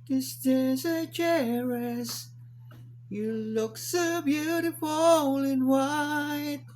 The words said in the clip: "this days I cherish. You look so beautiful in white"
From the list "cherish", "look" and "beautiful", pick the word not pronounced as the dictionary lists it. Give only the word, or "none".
cherish